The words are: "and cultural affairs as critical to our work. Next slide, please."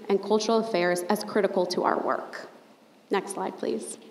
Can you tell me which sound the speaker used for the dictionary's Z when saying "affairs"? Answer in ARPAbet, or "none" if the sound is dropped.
Z